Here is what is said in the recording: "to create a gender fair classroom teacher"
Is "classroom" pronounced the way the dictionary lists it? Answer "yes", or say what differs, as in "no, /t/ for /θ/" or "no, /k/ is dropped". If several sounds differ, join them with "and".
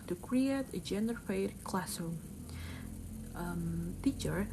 no, /ɹ/ is dropped